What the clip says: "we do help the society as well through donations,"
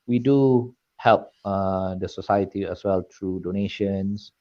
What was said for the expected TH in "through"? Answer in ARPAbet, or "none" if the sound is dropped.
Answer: T